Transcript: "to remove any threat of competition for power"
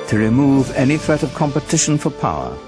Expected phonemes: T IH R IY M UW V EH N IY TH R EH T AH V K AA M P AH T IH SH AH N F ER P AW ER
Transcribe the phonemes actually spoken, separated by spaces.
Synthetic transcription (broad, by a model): T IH R IY M UW V EH N IY TH R EH T AH V K AA M P AH T IH SH AH N F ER P AW ER